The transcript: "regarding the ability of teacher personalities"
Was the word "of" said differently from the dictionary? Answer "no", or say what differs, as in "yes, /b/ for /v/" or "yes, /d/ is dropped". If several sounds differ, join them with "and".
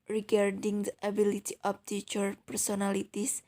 yes, /p/ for /v/